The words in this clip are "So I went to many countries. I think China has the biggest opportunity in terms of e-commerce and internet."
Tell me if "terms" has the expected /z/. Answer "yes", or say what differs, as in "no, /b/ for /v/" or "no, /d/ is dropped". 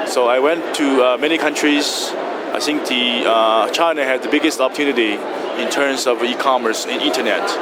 no, /s/ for /z/